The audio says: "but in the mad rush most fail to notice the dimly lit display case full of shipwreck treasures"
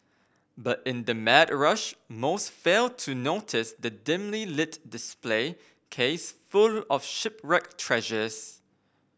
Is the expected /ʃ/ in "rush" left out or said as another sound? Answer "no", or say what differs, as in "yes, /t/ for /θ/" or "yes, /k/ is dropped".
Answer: no